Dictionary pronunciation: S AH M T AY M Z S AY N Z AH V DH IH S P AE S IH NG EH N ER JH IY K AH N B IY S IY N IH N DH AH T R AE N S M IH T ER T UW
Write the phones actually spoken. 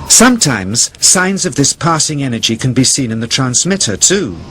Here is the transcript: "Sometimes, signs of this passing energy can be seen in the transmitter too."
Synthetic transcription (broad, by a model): S AH M T AY M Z S AY N Z AH V DH IH S P AE S IH NG EH N ER JH IY K AH N B IY S IY N IH N DH AH T R AE N S M IH T ER T UW